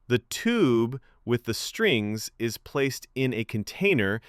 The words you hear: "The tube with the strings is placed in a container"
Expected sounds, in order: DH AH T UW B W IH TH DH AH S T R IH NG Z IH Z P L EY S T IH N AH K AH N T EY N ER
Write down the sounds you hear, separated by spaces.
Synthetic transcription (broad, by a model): DH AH T UW B W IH DH AH S T R IH NG Z IH Z P L EY S T IH N AH K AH N T EY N ER